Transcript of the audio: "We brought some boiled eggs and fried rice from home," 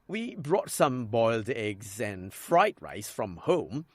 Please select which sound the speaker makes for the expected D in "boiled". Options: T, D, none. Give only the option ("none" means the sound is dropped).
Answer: D